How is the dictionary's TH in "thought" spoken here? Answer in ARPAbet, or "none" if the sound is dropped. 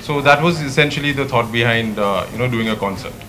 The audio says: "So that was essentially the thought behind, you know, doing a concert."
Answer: T